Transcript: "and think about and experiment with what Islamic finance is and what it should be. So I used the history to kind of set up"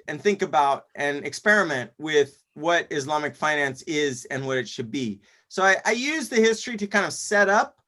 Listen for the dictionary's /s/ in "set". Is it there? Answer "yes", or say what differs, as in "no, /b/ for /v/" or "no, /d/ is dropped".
yes